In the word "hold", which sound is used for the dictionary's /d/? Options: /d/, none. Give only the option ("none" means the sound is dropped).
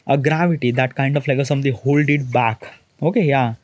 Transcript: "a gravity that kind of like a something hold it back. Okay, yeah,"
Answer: /d/